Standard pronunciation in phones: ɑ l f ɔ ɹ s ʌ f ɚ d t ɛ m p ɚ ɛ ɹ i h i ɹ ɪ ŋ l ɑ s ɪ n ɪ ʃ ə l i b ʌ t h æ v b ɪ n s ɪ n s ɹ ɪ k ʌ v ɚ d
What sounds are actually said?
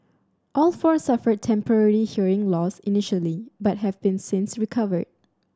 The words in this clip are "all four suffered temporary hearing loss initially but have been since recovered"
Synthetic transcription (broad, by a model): ɑ l f ɔ ɹ s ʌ f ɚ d t ɛ m p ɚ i l i h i ɹ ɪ ŋ l ɑ s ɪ n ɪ ʃ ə l i b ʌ t h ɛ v b ɪ n s ɪ n s ɹ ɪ k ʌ v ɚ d